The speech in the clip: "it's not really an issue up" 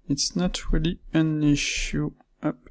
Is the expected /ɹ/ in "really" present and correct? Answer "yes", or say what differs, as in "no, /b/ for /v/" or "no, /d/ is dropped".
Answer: yes